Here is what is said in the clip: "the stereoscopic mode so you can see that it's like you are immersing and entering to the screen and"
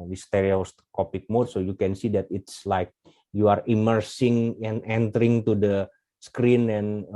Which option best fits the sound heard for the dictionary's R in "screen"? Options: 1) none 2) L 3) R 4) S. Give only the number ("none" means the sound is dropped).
3